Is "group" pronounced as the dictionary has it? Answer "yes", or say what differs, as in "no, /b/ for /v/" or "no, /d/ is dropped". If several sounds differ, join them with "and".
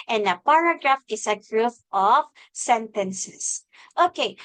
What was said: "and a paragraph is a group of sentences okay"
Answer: no, /f/ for /p/